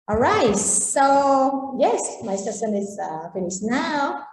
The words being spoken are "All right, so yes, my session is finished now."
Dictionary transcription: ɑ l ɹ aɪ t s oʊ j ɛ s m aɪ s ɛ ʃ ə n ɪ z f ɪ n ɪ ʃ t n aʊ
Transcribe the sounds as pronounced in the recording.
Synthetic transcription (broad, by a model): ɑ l ɹ aɪ t s oʊ j ɛ s m aɪ s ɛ s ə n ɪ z f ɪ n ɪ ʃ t n aʊ